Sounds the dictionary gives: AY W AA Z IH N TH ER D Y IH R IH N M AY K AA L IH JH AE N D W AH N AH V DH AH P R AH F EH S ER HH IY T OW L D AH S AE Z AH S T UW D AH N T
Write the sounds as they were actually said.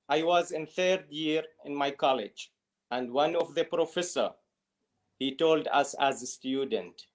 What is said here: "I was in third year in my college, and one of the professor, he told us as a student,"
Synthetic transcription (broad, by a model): AY W AA Z IH N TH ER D Y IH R IH N M AY K AA L IH JH AE N D W AH N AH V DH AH P R AH F EH S ER HH IY T OW L D AH S AE Z AH S T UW D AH N T